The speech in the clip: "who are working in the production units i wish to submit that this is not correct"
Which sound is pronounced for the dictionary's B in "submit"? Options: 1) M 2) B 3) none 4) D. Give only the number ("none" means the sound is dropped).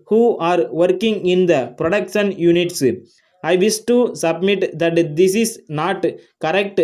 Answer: 2